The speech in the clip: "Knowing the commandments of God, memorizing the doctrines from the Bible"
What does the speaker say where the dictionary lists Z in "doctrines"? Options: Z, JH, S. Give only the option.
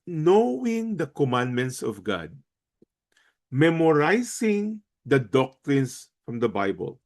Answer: S